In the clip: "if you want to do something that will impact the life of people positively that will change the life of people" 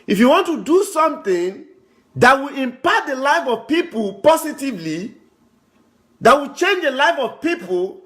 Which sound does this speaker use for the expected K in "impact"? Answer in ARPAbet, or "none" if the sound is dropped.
none